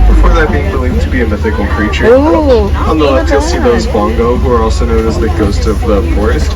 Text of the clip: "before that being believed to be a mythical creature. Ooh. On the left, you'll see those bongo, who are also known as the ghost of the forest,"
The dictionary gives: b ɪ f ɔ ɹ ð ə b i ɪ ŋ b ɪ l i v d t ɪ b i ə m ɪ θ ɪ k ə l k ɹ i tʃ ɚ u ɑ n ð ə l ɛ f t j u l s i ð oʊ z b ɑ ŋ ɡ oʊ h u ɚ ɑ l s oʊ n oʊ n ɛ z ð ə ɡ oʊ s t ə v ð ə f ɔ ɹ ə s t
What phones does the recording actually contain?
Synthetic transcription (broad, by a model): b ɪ f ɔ ɹ ð ə b i ɪ ŋ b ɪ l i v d t ɪ b i ə m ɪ θ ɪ k l k ɹ i tʃ ɚ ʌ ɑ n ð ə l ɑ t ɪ s i ð oʊ z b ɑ ŋ ɡ oʊ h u ɚ ɑ l s oʊ n oʊ n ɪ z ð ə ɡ oʊ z t ə v ð ə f ɔ ɹ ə s t